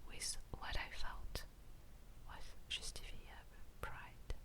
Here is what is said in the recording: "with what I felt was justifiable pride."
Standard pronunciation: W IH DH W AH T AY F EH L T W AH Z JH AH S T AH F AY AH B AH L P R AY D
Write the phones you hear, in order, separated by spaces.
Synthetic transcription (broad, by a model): W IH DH W AH T AY F EH L T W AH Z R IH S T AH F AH AH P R AY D